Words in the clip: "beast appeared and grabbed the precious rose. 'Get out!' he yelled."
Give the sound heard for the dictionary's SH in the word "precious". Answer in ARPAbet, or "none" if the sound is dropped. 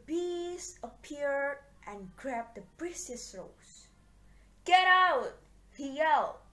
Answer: S